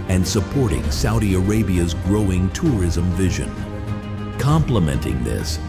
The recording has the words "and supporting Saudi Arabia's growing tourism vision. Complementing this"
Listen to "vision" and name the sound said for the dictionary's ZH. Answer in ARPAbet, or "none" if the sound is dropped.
ZH